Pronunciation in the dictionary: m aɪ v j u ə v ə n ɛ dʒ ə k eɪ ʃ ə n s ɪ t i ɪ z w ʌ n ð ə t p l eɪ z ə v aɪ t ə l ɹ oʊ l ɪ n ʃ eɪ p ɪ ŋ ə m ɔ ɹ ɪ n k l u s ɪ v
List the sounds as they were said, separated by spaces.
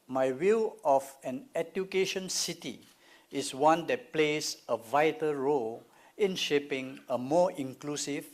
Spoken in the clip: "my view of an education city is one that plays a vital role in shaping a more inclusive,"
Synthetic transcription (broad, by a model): m aɪ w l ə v ə n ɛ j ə k eɪ ʃ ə n s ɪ t i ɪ s w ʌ n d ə t p l eɪ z ə v aɪ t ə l ɹ oʊ l ɪ n ʃ eɪ p ɪ ŋ ə m ɔ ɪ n k l u s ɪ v